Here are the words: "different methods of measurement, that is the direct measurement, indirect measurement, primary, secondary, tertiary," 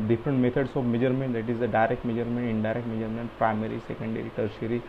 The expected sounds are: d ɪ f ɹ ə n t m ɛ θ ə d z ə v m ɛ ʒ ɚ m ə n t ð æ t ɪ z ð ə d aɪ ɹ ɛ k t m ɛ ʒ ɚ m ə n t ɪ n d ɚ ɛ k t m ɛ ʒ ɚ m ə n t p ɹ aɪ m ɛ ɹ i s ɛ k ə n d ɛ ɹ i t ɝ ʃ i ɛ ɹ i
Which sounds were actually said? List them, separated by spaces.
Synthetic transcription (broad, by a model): d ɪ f ɹ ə n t m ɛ t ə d s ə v m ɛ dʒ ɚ m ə n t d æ t ɪ z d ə d aɪ ɹ ɛ k t m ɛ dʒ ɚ m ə n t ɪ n d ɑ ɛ k t m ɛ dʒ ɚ m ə n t p ɹ aɪ m ɛ ɹ i s ɛ k ə n d ɛ ɹ i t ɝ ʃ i ɹ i